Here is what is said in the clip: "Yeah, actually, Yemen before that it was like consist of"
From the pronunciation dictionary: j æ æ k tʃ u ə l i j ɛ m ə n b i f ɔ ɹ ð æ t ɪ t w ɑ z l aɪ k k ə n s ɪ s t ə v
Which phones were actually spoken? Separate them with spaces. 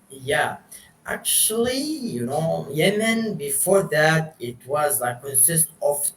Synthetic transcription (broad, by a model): j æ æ k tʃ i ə n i j ɛ m ə n b i f ɔ ɹ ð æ t ɪ t w ɑ z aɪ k k ə n s ɪ s t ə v